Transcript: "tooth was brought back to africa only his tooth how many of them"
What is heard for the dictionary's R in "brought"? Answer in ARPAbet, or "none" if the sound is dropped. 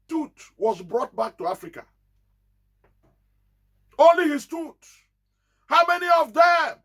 R